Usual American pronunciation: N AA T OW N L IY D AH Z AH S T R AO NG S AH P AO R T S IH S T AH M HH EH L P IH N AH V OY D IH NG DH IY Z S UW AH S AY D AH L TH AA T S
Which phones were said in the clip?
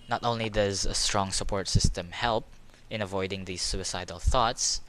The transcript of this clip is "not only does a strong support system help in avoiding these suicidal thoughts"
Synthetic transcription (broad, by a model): N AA T OW N L IY D AH Z AH S T R AO NG S AH P AO R T S IH S T AH M HH EH L P IH N AH V OY D IH NG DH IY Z S UW AH S AY D AH L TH AA T S